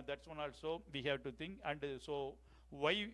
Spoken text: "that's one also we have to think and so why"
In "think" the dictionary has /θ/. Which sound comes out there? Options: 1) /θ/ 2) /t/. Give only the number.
2